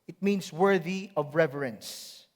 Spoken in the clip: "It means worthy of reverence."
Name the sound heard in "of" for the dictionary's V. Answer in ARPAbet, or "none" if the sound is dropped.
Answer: V